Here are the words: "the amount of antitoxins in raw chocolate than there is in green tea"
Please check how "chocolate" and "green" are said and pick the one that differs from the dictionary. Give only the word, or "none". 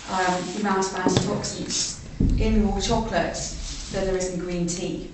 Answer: none